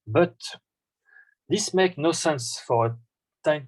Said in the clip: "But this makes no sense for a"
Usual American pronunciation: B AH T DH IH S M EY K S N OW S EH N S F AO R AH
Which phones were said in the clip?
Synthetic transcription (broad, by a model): B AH T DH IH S M EY K N OW S EH N S F AO R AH